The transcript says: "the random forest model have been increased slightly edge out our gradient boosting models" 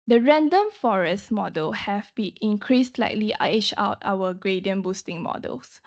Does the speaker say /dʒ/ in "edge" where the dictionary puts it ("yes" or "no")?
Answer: no